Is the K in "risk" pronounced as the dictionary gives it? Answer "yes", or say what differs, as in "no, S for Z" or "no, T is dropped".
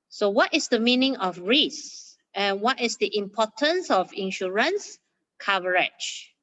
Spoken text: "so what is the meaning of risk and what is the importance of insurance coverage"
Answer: no, K is dropped